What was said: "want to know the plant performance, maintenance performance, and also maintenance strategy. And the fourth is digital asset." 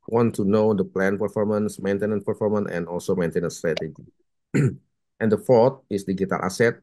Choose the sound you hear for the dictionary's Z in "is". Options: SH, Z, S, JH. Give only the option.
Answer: S